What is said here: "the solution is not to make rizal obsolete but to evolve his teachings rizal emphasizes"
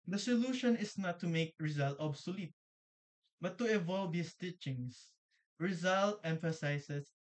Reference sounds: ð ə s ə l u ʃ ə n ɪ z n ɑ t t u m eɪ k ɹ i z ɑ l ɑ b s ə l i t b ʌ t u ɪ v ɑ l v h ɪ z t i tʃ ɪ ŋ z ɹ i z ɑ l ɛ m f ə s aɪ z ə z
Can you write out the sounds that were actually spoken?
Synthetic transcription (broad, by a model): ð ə s ə l u ʃ ə n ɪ s n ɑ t t u m eɪ k ɹ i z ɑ l ɑ b s ə l i t b ʌ t u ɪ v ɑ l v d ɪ s t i tʃ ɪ ŋ s ɹ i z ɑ l ɛ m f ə s aɪ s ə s